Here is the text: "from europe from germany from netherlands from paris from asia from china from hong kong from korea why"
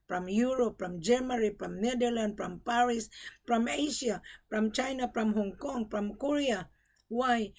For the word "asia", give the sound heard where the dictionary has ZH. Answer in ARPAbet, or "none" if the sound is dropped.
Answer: SH